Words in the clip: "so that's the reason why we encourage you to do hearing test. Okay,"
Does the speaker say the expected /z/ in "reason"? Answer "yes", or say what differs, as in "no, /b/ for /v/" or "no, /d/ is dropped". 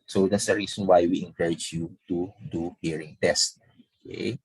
no, /s/ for /z/